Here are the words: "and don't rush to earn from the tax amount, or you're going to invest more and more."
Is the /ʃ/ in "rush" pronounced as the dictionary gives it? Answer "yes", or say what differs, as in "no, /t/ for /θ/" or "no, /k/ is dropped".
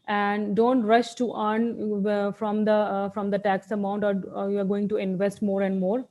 yes